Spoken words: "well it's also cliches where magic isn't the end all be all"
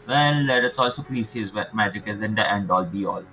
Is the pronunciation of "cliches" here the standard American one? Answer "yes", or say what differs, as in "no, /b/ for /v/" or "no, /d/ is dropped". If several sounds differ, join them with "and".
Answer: no, /s/ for /ʃ/